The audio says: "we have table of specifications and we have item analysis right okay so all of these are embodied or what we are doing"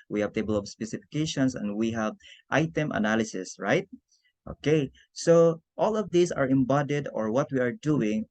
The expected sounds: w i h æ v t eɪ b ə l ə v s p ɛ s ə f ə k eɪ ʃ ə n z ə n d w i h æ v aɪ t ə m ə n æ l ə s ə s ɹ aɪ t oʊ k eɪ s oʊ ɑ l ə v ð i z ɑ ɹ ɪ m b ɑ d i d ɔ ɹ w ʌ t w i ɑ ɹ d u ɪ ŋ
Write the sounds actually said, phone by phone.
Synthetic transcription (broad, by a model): w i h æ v t eɪ b ə l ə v s p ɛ s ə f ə k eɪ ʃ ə n s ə n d w i h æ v aɪ t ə m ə n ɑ l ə s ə s ɹ aɪ t oʊ k eɪ s oʊ ɑ l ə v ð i s ɑ ɹ ɪ m b ɑ d i d ɔ ɹ w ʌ t w i ɑ ɹ d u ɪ ŋ